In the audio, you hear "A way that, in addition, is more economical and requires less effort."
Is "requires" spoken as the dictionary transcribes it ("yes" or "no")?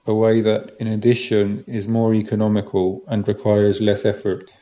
yes